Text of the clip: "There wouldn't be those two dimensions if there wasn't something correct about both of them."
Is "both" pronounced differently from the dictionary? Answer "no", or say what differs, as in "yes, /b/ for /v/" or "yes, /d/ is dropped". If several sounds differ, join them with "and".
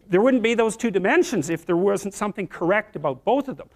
no